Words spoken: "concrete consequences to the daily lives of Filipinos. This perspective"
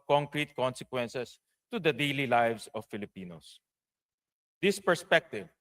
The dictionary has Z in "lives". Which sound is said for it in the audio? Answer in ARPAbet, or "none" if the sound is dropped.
S